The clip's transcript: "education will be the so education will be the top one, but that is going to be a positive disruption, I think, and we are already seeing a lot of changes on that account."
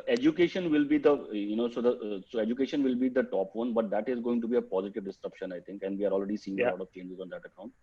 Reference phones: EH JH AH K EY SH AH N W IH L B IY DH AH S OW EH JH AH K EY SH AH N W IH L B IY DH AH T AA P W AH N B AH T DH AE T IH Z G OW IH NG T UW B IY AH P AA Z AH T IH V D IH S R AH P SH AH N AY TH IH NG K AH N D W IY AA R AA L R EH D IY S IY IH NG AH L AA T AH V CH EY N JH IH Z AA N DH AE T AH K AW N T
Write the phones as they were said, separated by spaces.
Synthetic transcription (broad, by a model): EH JH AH K EY SH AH N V IH L B IY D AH S OW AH JH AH K EY SH AH N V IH L B IY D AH T AA P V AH N B AH T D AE T IH Z G OW IH NG T UW B IY AH P AA Z AH T IH V D IH S R AH P SH AH N AY T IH NG K AH N D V IY AA R AA L R EH D IY S IY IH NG AH L AA T AH V CH EY N JH IH Z AA N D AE T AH K AW N T